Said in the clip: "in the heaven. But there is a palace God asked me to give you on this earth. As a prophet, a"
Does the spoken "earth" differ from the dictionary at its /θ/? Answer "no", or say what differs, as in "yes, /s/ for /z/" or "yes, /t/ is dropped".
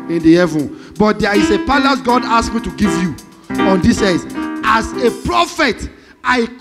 yes, /s/ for /θ/